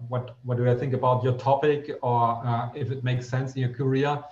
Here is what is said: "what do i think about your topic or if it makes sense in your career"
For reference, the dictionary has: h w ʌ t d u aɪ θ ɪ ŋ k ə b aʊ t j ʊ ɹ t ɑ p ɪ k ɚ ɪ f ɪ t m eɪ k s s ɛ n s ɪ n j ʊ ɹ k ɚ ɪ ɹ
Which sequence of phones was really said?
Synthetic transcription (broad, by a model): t w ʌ t d u aɪ θ ɪ ŋ k ə b aʊ t j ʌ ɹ t ɑ p ɪ k ɚ ɪ f ɪ t m eɪ k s s ɛ n s ɪ n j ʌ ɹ k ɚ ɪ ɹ